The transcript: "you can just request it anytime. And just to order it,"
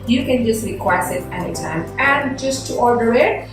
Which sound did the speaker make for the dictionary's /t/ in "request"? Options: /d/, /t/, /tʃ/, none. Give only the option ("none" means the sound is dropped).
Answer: none